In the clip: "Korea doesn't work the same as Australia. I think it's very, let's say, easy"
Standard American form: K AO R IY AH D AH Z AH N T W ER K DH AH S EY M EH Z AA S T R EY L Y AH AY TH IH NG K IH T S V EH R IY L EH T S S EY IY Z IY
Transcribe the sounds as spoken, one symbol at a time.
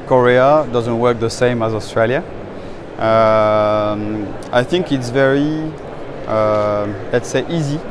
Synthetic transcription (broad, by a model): K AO R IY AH D AH Z AH N T W ER K DH AH S EY M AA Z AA S T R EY L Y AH AY TH IH NG K IH T S V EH R IY L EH T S S EY IY Z IY